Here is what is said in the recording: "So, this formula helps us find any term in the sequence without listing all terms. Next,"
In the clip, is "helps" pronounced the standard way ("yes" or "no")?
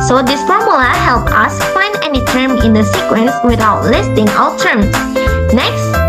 no